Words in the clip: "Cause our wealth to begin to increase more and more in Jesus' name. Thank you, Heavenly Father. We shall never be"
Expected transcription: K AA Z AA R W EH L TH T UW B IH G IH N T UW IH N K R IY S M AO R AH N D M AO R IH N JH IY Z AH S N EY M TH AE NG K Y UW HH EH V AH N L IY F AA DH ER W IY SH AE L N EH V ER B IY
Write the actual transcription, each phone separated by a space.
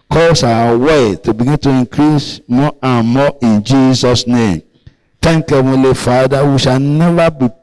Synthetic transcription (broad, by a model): K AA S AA W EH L T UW B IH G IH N T UW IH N K R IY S M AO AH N M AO IH N JH IY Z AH S N EY M T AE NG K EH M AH L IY F AA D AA W IY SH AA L N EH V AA B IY